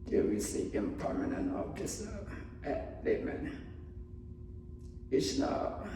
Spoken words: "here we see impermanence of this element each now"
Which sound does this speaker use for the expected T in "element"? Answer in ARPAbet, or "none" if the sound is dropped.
none